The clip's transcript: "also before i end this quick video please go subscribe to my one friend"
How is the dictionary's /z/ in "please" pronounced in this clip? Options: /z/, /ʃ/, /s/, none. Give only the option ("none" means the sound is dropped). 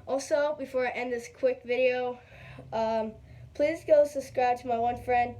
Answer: /z/